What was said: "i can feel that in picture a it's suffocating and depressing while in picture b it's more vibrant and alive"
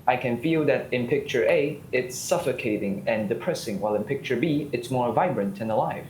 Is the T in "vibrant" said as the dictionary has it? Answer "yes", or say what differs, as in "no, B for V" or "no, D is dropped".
yes